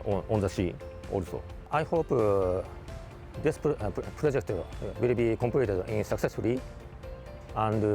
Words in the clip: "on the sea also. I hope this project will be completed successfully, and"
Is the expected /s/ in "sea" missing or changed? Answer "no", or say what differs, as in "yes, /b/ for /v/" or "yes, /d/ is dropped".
yes, /ʃ/ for /s/